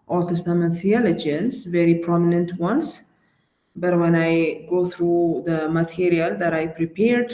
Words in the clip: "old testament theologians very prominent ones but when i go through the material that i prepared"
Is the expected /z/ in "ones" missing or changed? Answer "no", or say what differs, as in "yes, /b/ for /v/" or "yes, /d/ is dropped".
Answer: yes, /s/ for /z/